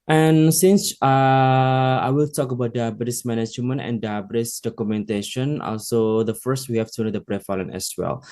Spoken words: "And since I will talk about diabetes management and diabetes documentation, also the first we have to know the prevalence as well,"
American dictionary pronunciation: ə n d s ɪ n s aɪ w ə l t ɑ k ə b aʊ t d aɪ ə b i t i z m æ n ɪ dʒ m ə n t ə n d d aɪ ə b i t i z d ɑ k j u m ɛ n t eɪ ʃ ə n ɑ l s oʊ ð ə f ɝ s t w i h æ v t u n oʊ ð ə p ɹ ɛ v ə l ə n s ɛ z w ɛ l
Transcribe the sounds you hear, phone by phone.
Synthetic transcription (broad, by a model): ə n s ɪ n s aɪ w ə l t ɑ k ə b aʊ t d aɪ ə b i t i s m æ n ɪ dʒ m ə n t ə n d d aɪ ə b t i s d ɑ k j u m ɛ n t eɪ ʃ ə n ɑ l s oʊ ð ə f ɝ s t w i h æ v t u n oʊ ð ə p ɹ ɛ f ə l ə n ɛ s w ɛ l